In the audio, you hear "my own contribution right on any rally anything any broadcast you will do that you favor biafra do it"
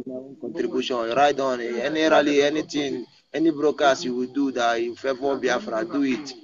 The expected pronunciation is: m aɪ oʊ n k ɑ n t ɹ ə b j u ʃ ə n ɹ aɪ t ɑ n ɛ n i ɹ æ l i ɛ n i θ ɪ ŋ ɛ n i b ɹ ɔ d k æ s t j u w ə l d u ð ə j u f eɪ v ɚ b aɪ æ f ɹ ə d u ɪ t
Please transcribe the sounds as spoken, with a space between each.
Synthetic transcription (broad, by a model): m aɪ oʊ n k ɑ n t ɹ ə b j u ʃ ə n ɹ aɪ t ɑ n ɛ n i ɹ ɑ l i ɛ n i t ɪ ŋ ɛ n i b ɹ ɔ k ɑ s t j u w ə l d u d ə j u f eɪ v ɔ b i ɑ f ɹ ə d u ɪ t